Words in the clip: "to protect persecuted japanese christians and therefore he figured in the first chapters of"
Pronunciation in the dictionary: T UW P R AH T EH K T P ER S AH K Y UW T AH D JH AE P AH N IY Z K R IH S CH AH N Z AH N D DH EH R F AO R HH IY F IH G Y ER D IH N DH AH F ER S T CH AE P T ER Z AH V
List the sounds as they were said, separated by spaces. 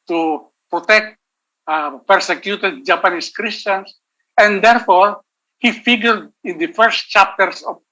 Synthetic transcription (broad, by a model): T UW P R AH T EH K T P ER S AH K Y UW T AH D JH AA P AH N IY S K R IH S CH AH N S AH N D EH R F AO R HH IY F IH G Y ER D IH N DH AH F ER S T CH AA P T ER S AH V